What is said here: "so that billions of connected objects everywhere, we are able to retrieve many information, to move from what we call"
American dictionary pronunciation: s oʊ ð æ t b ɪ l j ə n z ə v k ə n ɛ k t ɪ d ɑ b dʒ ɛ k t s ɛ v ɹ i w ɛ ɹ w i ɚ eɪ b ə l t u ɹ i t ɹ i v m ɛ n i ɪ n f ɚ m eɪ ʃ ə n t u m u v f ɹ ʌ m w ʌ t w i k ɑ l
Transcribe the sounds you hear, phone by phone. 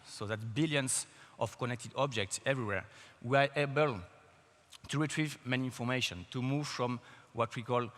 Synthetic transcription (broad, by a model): s oʊ ð æ t b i l j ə n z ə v k ə n ɛ k t ɪ d ɑ b dʒ ɛ k t s ɛ v ɹ i w ɛ ɹ w i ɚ eɪ b ə l t u ɹ i t ɹ i v m ɛ n i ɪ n f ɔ m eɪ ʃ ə n t u m u v f ɹ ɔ m w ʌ t w i k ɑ l